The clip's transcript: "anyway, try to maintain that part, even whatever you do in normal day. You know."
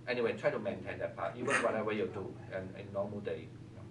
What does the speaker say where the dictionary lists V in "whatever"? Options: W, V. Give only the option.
W